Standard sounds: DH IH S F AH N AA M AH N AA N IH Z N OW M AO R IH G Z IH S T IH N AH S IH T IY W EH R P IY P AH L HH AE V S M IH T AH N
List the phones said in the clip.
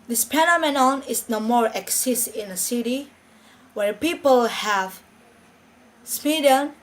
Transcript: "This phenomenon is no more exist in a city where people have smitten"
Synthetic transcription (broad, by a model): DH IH S P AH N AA M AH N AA N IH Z N OW M AO R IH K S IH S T IH N AH S IH T IY W EH R P IY P AH L HH AE V S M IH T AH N